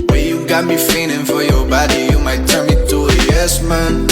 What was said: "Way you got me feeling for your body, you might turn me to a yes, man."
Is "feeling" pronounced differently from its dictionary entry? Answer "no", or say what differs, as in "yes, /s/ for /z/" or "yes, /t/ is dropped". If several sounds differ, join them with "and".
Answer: yes, /n/ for /l/